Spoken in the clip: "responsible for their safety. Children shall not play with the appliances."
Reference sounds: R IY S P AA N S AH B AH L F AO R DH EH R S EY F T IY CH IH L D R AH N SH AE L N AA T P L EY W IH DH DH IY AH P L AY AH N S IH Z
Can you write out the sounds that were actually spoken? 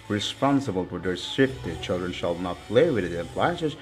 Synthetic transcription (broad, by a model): R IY S P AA N S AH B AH L F AO R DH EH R S EY F T IY CH IH L D R AH N SH AE L N AA T P L EY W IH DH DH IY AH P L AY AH N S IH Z